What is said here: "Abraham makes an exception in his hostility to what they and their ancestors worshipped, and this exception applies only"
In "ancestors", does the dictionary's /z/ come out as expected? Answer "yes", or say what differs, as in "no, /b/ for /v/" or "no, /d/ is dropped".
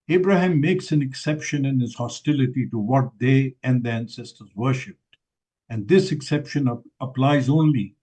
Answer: yes